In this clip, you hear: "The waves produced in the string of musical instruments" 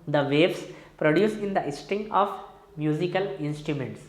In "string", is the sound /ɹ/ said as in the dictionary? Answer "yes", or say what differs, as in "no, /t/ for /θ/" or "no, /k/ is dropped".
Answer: no, /ɹ/ is dropped